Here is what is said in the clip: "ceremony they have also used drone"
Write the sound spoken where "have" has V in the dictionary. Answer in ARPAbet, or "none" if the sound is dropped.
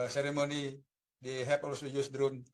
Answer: P